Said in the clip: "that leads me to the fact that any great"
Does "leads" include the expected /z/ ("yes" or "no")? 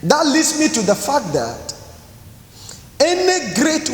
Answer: no